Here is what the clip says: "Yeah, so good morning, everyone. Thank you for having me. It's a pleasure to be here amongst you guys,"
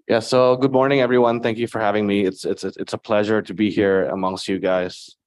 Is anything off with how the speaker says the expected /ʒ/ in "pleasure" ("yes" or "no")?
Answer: no